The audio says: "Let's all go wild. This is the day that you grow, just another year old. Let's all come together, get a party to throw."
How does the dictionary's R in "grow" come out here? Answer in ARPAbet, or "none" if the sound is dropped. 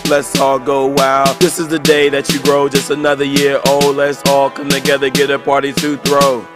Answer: R